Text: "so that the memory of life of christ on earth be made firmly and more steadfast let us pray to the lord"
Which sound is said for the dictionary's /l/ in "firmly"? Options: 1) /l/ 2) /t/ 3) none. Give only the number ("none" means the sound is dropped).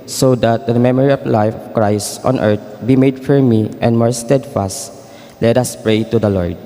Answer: 3